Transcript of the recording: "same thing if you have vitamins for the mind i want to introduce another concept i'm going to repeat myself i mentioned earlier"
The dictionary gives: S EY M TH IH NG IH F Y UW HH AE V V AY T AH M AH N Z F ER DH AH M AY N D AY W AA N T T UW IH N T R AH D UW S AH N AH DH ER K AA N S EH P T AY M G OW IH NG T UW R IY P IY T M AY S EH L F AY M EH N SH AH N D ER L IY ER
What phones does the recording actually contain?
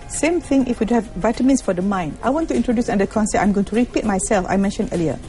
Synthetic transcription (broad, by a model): S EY M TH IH NG IH F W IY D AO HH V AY T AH M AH N S F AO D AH M AY N D AY W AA N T T UW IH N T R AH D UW S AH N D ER K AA N S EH T AY M G OW IH NG T UW R IY P IY T M AY S EH L F AY M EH N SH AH N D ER L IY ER